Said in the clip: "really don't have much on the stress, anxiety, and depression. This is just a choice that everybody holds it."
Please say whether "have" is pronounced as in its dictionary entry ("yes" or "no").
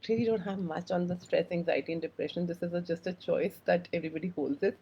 yes